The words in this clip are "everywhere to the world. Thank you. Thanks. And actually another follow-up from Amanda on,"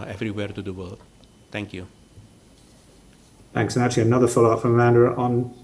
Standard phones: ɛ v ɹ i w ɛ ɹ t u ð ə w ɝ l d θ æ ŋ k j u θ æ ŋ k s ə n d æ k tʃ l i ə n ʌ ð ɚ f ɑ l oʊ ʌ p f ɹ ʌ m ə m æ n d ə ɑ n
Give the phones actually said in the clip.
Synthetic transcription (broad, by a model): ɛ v ɹ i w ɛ ɹ t u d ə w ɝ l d t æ ŋ k j u θ æ ŋ k s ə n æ tʃ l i ə n ʌ ð ɚ f ɑ l oʊ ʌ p f ɹ ʌ m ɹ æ n d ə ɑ n